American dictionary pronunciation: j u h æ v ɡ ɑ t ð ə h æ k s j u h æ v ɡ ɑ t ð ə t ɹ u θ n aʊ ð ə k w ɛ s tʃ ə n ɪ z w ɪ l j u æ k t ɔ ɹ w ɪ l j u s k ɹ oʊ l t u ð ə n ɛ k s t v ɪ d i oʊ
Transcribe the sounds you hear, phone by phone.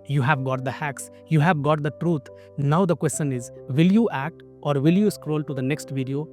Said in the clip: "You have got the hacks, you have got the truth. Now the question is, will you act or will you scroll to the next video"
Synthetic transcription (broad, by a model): j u h æ v ɡ ɑ t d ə h æ k s j u h æ v ɡ ɑ t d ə t ɹ u t n aʊ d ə k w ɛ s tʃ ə n ɪ z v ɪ l j u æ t t ɔ ɹ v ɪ l j u s k ɹ oʊ l t u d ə n ɛ k s t v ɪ d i oʊ